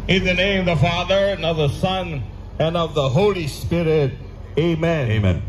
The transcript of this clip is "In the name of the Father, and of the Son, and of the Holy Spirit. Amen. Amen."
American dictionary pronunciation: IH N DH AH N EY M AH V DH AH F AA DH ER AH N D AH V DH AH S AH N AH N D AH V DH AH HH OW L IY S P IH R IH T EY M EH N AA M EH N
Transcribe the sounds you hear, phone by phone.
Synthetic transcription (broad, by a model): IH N DH AH N EY AH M DH AH F AA DH ER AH N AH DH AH S AH N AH N AH V DH AH HH OW L IY S P IH R IH T EY M EH N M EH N